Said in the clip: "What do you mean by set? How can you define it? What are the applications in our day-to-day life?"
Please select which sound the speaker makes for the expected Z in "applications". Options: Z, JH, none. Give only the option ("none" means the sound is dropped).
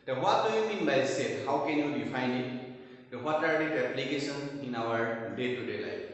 none